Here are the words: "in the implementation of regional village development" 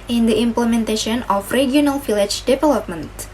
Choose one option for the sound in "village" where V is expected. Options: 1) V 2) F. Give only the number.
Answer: 2